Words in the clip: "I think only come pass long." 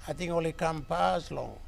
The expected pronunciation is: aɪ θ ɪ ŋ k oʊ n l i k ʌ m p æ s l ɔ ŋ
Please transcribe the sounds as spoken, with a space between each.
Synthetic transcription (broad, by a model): aɪ t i ŋ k oʊ l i k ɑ m p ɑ s l ɔ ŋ